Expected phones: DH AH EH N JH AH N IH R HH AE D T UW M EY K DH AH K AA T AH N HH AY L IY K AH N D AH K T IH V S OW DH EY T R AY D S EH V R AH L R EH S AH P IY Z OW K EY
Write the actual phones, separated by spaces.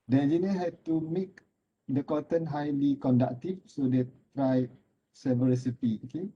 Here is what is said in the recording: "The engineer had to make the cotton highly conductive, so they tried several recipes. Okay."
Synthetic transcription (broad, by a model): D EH JH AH N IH HH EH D T UW M EY K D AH K AA T AH N HH AY L IY K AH N D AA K T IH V S OW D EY T R AY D S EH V AH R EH S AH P IY OW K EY